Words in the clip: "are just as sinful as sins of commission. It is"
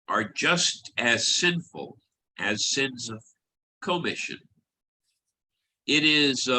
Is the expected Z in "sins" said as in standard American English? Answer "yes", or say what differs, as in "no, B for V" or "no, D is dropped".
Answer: yes